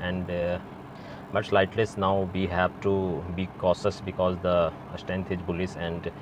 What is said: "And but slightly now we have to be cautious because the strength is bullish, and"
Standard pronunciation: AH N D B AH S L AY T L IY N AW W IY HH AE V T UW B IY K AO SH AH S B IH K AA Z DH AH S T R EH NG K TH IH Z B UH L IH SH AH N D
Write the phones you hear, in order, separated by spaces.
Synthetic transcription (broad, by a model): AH N D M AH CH L AY T L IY N AW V IY HH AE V T UW B IY K AO S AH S B IH K AA Z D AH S T EH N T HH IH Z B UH L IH S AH N D